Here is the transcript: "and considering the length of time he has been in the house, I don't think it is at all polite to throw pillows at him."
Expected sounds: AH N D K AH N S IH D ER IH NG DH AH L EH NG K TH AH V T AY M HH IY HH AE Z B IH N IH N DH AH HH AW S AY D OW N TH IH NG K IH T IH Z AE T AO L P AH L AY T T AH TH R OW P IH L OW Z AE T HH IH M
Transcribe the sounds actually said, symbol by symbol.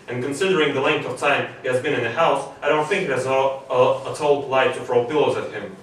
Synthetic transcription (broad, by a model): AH N K AH N S IH D ER IH NG DH AH L EH NG K TH AH V T AY M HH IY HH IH Z B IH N IH N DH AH HH AW S AY D OW N TH IH NG K IH T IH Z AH T AO L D L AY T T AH F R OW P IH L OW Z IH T HH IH M